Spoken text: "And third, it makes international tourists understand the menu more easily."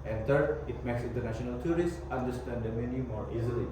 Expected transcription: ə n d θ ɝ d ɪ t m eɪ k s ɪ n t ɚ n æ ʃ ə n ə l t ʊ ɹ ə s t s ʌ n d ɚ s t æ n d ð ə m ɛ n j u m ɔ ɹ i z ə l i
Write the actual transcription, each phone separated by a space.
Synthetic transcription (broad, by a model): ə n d t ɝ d ɪ t m eɪ k s ɪ n t ɚ n æ ʃ ə n ə l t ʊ ɹ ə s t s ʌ n d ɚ s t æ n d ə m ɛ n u m ɔ ɹ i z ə l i